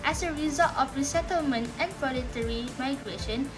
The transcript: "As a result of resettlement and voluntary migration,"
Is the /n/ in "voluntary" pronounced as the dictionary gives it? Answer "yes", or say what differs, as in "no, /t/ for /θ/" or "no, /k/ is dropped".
no, /n/ is dropped